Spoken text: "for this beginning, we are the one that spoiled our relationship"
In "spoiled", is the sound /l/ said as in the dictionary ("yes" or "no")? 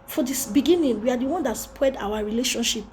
no